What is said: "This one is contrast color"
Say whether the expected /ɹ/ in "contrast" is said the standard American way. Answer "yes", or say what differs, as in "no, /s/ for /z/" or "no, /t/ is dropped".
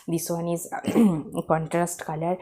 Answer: yes